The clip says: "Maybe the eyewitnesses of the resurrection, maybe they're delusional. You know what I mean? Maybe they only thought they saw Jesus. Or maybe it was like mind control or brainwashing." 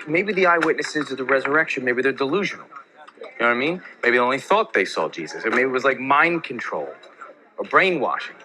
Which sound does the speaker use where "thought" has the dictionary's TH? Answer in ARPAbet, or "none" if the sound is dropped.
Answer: TH